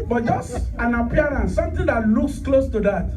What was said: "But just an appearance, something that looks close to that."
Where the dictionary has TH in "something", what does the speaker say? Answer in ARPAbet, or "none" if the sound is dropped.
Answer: T